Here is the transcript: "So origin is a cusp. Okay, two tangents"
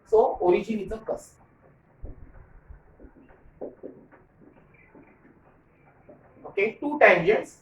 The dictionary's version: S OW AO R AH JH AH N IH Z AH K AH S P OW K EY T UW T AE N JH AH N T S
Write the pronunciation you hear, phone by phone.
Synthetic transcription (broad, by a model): S OW AO R AH JH AH N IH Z AH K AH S OW K EY T UW T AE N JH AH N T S